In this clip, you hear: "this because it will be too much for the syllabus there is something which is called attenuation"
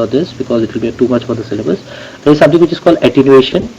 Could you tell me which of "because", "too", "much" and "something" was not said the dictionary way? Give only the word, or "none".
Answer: something